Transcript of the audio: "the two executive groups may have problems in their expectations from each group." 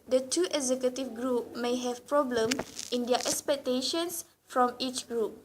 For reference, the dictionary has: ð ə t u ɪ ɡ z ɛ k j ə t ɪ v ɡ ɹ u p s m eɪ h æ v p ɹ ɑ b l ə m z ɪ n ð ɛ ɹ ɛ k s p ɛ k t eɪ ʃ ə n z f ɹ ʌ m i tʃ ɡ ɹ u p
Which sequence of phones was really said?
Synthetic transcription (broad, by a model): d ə t u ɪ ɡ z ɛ k j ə t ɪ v ɡ ɹ u p m eɪ h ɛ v p ɹ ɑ b l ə m ɪ n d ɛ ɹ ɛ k s p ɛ k t eɪ ʃ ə n s f ɹ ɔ m i tʃ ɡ ɹ u p